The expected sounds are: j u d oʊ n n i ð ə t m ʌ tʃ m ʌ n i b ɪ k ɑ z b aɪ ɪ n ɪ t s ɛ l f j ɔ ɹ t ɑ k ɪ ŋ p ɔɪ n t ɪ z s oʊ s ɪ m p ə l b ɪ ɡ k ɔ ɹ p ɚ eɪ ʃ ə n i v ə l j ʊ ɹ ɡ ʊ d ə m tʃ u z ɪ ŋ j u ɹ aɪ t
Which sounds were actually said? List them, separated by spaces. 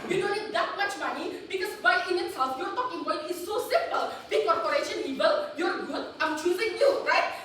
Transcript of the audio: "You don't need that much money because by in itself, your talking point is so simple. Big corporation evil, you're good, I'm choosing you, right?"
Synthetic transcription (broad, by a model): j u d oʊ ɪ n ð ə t m ʌ tʃ m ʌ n i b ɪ k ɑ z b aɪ ɪ n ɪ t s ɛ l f j ɔ ɹ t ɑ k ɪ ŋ b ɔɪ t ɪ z s oʊ s ɪ m p ə l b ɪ k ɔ ɹ p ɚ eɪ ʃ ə n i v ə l j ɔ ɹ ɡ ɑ ə m tʃ u z ɪ ŋ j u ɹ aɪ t